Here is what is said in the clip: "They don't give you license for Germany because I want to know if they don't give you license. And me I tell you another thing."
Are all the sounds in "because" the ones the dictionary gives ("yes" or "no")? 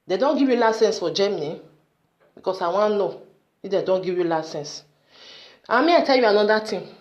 no